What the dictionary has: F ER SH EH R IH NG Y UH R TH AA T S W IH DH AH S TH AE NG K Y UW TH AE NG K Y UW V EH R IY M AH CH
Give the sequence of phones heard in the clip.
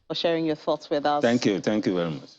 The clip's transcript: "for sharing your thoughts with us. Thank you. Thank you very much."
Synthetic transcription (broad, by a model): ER SH EH R IH NG Y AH TH AA T S W IH DH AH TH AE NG K Y UW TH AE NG K Y UW V EH R IY M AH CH